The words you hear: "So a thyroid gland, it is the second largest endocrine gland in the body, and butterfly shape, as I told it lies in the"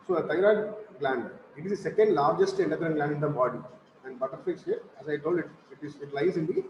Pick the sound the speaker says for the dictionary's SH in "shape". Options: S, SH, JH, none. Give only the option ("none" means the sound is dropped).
S